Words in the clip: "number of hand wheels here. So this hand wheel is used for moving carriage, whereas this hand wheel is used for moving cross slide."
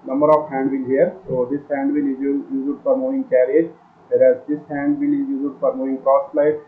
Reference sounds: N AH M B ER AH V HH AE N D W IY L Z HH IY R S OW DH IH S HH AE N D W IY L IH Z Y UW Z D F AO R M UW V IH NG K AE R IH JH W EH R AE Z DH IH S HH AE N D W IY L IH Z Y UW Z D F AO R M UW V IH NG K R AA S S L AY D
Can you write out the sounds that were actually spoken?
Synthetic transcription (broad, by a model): N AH M B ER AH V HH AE N D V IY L HH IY R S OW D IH S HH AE N D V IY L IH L Y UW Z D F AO R M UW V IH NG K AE R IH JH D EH R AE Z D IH S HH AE N D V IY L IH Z Y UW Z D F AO R M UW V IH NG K R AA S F L AY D